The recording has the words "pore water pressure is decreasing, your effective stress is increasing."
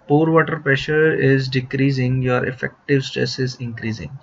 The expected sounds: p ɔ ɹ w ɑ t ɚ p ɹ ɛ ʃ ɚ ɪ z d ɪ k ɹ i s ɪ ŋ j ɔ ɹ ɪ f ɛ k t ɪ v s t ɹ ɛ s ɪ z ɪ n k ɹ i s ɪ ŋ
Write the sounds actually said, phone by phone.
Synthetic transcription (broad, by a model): p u ɹ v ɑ t ɚ p ɹ ɛ ʃ ɚ ɪ z d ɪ k ɹ i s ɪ ŋ j ɔ ɹ ɪ f ɛ k t ɪ v s t ɹ ɛ s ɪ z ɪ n k ɹ i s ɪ ŋ